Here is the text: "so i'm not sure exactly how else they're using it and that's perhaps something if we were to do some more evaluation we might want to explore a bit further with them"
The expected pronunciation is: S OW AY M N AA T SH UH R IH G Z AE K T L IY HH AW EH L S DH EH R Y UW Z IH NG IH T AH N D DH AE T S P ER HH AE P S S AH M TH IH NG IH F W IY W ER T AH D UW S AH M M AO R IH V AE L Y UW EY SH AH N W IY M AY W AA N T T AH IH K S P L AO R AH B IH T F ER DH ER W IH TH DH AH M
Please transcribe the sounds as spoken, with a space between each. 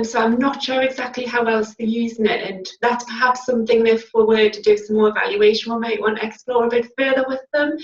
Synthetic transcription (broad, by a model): S OW AY M N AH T SH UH R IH G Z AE K T L IY HH AW EH L S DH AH Y UW Z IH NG IH T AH N DH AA T S P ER HH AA P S S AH M TH IH NG IH F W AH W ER T AH D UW S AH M M AO R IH V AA L Y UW EY SH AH N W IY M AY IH T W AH IH K S P L AO R AH B IH T F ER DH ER W IH DH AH M